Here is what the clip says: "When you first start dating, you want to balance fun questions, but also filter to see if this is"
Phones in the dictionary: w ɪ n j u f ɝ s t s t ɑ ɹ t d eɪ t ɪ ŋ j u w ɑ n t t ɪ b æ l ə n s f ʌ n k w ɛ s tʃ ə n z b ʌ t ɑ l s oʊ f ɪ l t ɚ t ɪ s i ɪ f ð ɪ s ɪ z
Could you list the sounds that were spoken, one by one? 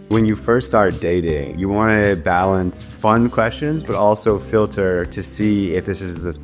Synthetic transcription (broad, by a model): w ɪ n j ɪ f ɝ s t s t ɑ ɹ t d eɪ t ɪ ŋ j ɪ w ɑ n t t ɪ b æ l ə n s f ʌ n k w ɛ s tʃ ə n z b ʌ t ɑ l s oʊ f ɪ l t ɚ t ɪ s i ɪ f ð ɪ s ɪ z